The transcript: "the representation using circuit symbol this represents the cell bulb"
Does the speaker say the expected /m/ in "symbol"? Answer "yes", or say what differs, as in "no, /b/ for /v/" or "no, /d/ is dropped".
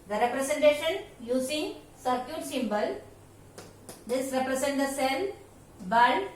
yes